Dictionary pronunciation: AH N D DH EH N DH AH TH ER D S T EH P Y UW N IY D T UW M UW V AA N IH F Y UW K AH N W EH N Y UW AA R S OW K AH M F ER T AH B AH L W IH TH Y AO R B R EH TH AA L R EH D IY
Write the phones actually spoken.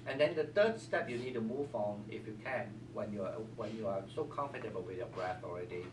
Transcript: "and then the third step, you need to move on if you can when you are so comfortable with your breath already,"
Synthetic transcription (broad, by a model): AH N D EH N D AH T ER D S T EH P Y UW N IY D T UW M UW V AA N IH F Y UW K AH N W EH N Y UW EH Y S OW K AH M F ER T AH B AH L W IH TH Y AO B R EH TH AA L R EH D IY